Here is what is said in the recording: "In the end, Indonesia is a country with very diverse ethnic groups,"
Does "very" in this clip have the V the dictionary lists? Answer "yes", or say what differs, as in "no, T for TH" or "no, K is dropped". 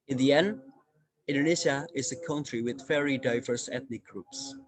no, F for V